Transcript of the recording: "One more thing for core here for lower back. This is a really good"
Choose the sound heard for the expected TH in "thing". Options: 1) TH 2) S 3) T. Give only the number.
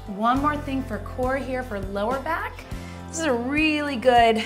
1